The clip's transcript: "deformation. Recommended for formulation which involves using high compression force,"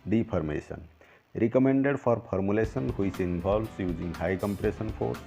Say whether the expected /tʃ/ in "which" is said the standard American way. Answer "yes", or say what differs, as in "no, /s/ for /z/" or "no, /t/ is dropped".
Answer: no, /s/ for /tʃ/